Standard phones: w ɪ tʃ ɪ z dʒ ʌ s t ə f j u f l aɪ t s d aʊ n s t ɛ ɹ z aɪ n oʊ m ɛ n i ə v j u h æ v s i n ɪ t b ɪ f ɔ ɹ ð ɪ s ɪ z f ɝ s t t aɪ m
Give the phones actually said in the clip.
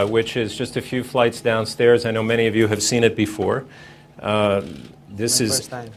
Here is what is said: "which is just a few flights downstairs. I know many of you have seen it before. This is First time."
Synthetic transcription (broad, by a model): w ɪ tʃ ɪ z dʒ ʌ s t ə f j u f l aɪ t s d aʊ n s t ɛ ɹ z aɪ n oʊ m ɛ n i ə v j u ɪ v s i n ɪ t b ɪ f ɔ ɹ ð ɪ s ɪ z